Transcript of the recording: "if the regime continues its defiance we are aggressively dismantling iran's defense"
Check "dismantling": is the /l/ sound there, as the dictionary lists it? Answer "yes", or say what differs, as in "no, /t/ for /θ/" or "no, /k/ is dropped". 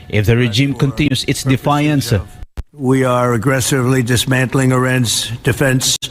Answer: yes